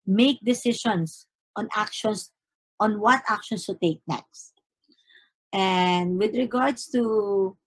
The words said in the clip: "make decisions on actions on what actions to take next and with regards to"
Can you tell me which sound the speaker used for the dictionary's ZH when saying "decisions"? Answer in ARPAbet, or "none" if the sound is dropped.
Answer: SH